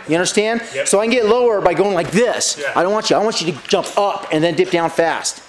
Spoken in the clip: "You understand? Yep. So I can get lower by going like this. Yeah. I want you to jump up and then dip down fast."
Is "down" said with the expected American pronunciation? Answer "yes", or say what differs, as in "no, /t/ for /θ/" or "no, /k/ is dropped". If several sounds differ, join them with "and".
yes